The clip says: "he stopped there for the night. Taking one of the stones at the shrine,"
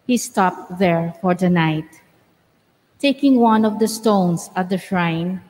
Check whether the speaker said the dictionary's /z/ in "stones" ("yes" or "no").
no